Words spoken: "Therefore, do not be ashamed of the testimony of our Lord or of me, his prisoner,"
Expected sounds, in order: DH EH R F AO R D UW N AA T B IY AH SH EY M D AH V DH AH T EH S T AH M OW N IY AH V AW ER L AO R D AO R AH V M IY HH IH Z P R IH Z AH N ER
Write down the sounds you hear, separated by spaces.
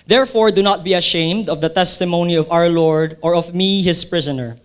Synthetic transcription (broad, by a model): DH EH R F AO R D UW N AA T B IY AH SH EY M D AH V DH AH T EH S T AH M OW N IY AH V AW ER L AO R D AO R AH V M IY HH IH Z P R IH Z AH N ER